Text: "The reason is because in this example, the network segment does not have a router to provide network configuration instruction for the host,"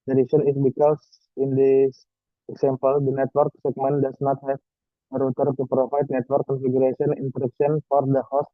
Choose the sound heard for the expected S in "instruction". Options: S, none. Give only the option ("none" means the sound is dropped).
none